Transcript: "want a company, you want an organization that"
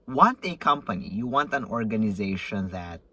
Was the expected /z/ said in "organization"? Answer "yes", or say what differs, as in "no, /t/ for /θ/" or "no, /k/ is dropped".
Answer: yes